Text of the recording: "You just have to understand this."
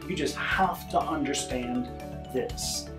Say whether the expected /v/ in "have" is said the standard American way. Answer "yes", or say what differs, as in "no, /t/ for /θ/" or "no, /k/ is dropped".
no, /f/ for /v/